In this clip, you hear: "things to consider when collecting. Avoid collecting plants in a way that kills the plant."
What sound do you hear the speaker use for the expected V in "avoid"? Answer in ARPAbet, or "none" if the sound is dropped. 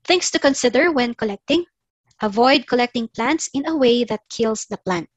V